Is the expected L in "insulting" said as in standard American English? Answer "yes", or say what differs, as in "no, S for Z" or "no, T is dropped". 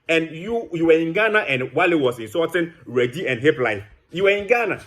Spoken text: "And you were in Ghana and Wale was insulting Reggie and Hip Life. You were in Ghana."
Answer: no, L is dropped